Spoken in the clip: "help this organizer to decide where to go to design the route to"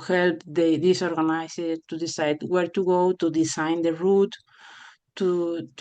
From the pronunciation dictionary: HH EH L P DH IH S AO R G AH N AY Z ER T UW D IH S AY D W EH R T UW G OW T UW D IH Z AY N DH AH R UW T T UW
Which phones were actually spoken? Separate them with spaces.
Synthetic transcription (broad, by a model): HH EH L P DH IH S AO R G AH N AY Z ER T UW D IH S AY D W EH R T UW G OW T UW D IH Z AY N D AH R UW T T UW